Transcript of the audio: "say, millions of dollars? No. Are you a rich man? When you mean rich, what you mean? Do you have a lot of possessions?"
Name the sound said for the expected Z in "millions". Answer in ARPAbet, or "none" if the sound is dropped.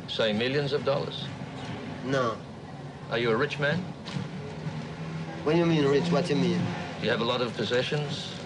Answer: Z